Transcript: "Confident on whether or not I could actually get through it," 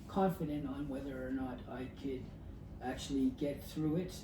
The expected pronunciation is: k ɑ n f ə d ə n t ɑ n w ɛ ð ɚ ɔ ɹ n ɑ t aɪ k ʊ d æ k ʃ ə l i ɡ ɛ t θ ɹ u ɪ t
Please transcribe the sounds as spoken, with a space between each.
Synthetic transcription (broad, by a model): k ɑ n f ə d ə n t n w ɛ ð ɚ ɹ n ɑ t aɪ k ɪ d æ k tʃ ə l i ɡ ɛ t θ ɹ u ɪ t